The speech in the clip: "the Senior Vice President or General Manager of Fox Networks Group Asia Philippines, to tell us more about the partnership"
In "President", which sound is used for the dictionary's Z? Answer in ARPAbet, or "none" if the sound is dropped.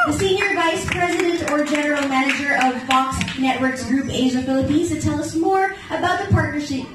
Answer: Z